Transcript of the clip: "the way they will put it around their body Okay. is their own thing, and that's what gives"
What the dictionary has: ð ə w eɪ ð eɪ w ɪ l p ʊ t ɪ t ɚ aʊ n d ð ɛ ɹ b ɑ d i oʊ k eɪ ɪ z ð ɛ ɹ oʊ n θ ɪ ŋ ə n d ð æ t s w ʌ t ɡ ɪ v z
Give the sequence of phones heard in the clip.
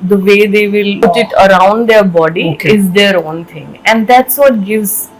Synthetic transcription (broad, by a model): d ə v eɪ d eɪ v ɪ l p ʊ t ɪ t ɚ aʊ n d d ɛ ɹ b ɑ d i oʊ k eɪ ɪ z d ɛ ɹ oʊ n t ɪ ŋ ə n d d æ t s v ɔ t ɡ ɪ v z